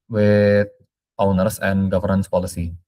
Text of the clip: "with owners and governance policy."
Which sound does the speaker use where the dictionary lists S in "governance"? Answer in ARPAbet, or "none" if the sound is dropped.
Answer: S